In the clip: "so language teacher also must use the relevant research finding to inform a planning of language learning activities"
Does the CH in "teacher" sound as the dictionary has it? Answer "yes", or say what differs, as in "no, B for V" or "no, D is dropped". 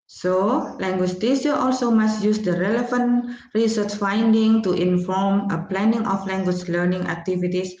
no, S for CH